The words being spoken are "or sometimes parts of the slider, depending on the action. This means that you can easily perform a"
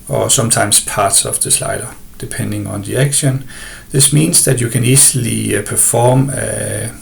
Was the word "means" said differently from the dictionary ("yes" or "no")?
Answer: yes